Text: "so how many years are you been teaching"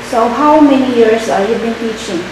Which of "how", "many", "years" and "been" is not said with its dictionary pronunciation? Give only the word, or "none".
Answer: years